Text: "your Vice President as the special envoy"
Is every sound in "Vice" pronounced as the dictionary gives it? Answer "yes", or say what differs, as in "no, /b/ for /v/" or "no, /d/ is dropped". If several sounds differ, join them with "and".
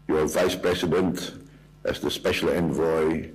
yes